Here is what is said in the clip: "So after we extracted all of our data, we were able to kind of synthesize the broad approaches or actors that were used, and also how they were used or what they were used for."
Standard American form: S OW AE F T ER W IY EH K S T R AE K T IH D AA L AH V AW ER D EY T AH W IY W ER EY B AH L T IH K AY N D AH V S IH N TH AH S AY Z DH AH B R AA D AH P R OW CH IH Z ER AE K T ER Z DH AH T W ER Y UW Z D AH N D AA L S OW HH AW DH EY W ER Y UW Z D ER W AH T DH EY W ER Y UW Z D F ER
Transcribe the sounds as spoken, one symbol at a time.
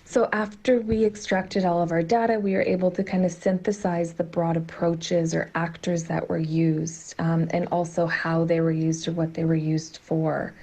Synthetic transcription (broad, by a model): S OW AE F T ER W IY EH K S T R AE K T IH D AA L AH V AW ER D EY T AH W IY W ER EY B L T IH K AY N D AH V S IH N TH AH S AY Z DH AH B R AA D AH P R OW CH IH Z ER AE K T ER Z DH AH T W ER Y UW Z D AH N AA L S OW HH AW DH EY W ER Y UW Z D ER W AH T DH EY W ER Y UW Z D F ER